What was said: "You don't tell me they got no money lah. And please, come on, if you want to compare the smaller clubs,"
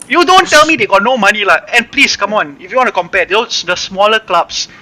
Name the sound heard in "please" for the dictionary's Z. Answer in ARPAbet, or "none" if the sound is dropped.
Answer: S